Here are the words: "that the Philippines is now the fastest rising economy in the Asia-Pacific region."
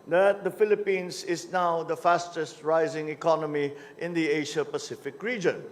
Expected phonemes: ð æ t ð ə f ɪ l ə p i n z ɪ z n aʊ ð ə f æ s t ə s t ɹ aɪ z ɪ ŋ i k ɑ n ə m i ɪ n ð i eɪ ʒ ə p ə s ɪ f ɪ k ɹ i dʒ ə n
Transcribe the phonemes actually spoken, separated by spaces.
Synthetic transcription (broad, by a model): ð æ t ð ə f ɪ l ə p i n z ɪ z n aʊ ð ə f æ s t ə s t ɹ aɪ z ɪ ŋ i k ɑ n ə m i ɪ n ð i eɪ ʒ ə p ə s ɪ f ɪ k ɹ i dʒ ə n